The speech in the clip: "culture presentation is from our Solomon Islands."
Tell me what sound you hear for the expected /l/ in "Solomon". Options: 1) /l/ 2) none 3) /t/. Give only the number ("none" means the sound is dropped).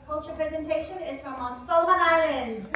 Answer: 2